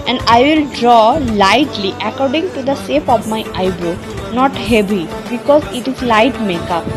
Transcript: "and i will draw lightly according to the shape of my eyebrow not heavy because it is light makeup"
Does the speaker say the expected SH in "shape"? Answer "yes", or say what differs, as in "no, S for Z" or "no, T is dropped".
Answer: no, S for SH